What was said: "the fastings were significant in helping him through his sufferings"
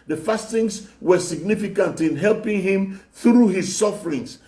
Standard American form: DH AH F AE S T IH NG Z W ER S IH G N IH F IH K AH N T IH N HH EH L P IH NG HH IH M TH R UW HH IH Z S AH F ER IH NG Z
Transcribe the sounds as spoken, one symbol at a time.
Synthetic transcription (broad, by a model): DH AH F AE S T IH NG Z W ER S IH G N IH F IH K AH N T IH N HH EH L P IH NG HH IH M TH R UW HH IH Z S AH F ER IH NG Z